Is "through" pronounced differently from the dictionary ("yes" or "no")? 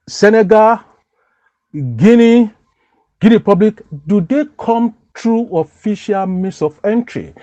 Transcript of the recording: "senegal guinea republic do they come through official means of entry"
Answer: yes